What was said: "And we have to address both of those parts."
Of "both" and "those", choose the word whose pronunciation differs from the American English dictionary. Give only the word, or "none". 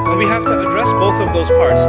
none